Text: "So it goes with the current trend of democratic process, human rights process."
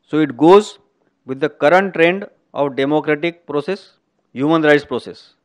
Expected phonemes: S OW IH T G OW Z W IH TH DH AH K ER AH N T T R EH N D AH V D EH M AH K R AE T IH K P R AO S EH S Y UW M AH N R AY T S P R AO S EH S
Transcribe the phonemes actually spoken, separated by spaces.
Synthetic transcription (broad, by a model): S OW IH T G OW Z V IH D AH K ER AH N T T R EH N D AH V D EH M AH K R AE T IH K P R AO S EH S Y UW M AH N R AY T S P R AO S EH S